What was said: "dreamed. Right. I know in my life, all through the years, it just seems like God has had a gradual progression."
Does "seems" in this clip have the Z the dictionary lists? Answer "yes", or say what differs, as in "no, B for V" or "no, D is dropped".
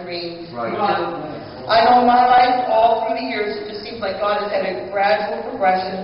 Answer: yes